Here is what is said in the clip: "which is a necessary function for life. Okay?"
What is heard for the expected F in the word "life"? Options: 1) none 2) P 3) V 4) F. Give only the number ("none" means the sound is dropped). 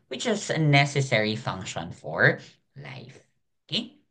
4